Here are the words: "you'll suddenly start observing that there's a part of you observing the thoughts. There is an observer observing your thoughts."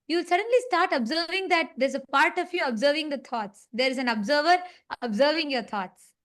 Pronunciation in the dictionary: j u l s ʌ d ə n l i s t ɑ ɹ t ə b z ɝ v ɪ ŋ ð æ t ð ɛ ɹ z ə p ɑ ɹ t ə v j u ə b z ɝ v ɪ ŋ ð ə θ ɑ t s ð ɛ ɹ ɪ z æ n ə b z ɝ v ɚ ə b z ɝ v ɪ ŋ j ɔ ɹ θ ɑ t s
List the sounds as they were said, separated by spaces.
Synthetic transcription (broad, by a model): j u l s ʌ d ə n l i s t ɑ ɹ t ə b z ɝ v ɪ ŋ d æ t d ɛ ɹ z ə p ɑ ɹ t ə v j u ə b z ɝ v ɪ ŋ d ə t ɑ t s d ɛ ɹ ɪ z æ n ə b z ɝ v ɚ ə b z ɝ v ɪ ŋ j ɔ ɹ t ɑ t s